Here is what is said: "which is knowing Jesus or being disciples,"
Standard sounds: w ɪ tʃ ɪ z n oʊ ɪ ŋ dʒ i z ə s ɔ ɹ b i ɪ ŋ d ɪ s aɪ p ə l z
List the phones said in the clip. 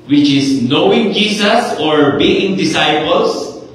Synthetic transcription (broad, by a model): w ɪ tʃ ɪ s n oʊ ɪ ŋ dʒ i s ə s ɔ ɹ b i ɪ ŋ d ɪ s aɪ p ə l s